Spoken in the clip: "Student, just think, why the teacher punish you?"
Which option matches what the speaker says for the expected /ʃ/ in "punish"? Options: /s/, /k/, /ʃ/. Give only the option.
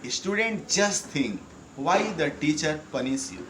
/s/